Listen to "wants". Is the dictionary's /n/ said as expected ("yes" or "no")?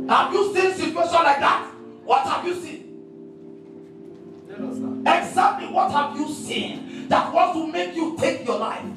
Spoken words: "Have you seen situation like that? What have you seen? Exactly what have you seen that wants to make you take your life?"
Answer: no